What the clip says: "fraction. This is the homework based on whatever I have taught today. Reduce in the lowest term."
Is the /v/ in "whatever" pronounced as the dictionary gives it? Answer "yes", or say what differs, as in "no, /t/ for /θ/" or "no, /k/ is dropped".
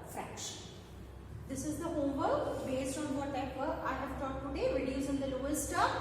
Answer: no, /p/ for /v/